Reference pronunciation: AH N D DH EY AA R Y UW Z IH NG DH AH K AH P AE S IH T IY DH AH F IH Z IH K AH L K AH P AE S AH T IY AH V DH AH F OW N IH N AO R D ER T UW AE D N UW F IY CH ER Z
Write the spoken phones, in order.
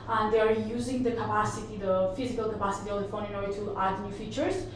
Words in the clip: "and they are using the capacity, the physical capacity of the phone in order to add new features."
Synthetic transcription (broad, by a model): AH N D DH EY AA R Y UW Z IH NG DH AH K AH P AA S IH T IY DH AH F IH Z IH K AH L K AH P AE S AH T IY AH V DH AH F OW N IH N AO R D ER T UW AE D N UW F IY CH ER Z